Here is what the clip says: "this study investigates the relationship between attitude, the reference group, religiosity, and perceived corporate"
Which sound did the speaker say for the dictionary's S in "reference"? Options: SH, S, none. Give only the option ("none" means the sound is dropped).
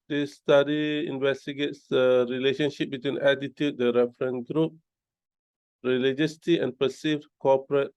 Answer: none